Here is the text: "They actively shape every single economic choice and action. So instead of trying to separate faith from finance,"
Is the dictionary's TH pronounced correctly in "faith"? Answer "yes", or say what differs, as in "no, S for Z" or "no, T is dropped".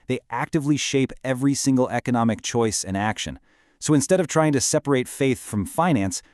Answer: yes